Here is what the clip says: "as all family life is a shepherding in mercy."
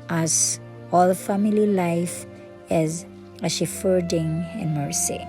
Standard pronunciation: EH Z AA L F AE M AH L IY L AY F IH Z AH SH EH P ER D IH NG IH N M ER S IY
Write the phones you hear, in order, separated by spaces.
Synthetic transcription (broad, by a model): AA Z AA L F AE M AH L IY L AY F IH Z AH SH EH F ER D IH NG IH N M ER S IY